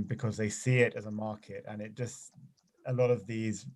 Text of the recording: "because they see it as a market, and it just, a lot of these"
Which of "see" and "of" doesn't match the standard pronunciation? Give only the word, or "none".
none